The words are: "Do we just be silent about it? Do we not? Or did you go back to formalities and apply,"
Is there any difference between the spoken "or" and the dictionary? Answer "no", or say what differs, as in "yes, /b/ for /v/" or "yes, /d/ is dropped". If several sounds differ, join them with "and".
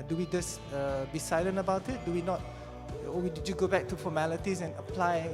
yes, /w/ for /ɹ/